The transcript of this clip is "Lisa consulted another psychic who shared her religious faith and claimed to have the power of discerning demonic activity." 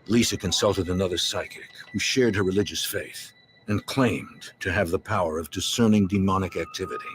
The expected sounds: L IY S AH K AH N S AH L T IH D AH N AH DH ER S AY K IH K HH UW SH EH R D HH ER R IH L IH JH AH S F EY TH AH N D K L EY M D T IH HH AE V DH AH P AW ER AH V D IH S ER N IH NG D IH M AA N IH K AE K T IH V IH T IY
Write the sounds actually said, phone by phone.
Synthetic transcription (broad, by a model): L IY S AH K AH N S AH L T IH D AH N AH DH ER S AY K IH K HH UW SH EH R D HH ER R IH L IH JH AH S F EY TH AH N K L EY M T IH V DH AH P AW ER AH V D IH S ER N IH NG D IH M AA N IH K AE K T IH V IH T IY